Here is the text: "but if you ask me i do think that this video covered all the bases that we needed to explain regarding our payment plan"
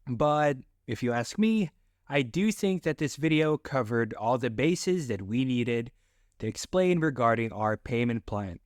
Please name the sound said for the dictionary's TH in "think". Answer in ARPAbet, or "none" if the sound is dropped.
TH